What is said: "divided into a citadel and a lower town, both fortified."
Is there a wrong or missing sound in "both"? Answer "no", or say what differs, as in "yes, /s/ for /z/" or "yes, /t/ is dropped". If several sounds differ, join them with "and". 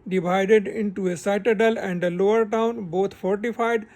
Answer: yes, /t/ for /θ/